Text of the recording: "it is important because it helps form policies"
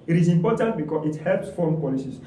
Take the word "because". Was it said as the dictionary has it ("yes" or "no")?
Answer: no